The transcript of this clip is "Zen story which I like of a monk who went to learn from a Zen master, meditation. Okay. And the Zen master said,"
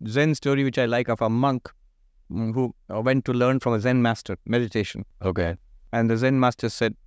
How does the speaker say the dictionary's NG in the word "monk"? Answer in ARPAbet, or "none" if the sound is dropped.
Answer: NG